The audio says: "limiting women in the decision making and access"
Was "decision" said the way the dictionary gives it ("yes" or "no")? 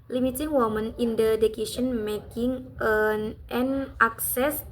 no